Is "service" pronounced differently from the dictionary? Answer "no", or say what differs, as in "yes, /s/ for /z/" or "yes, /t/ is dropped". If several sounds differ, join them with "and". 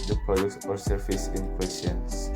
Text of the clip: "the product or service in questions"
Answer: yes, /f/ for /v/